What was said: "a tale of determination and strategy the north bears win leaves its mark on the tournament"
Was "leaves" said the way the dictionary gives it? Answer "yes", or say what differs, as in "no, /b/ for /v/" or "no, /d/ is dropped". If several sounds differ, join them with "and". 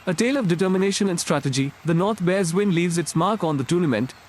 yes